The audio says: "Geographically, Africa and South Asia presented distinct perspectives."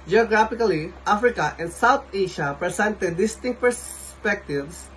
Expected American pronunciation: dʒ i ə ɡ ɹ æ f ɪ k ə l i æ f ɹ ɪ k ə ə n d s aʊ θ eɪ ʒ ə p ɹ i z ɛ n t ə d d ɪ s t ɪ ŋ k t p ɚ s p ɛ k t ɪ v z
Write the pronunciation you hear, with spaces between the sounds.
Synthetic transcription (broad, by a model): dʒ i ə ɡ ɹ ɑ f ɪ k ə l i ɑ f ɹ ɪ k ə ə n d s aʊ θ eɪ ʃ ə p ɹ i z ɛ n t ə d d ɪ s t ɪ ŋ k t p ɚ s p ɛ k t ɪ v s